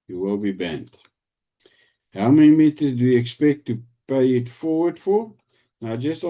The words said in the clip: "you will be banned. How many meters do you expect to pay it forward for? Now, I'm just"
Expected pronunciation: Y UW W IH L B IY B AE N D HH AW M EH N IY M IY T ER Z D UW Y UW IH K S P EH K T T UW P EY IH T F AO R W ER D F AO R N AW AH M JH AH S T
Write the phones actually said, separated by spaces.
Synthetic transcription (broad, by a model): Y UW W IH L B IY B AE N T HH AW M EH N IY M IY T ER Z D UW Y UW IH K S P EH K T T UW P EY IH T F AO R W ER D F AO R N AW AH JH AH S T